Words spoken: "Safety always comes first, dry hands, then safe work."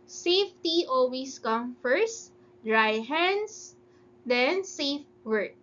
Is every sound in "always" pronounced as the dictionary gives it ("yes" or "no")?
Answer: no